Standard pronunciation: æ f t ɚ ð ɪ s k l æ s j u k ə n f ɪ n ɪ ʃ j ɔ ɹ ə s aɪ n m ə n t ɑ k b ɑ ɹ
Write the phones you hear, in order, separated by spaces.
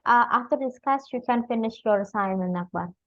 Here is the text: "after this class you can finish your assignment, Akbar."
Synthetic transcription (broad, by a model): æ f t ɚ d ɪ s k ɑ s j u k ə n f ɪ n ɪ ʃ j ɔ ɹ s aɪ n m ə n ɑ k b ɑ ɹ